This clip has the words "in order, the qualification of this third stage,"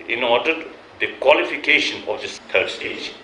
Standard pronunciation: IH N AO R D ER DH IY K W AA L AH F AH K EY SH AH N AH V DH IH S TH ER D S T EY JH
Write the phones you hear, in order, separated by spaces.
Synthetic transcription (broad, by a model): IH N AO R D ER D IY K W AA L AH F AH K EY SH AH N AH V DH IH S T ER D S T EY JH